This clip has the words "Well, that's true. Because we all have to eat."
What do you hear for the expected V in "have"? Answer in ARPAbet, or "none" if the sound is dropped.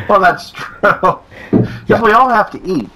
F